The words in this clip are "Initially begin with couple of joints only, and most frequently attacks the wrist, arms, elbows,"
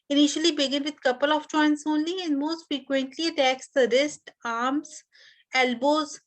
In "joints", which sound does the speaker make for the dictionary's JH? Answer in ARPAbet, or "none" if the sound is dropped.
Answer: CH